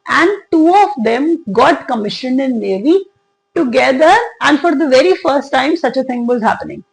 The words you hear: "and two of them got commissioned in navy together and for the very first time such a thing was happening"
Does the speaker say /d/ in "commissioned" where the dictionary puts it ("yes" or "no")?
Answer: yes